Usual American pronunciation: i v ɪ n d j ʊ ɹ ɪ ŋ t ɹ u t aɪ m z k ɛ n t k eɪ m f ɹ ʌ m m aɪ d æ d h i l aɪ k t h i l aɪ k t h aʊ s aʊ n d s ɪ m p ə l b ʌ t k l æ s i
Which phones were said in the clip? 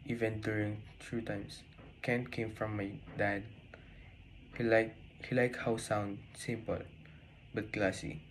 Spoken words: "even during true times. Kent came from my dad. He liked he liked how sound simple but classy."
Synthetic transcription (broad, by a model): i v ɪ n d j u ɹ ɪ ŋ t ɹ u t aɪ m s k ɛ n k eɪ m f ɹ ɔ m m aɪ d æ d h i l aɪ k h i l aɪ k h aʊ s aʊ n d s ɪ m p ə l b ʌ t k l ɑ s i